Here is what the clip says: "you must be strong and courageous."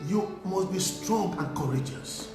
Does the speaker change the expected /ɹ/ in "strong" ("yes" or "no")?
no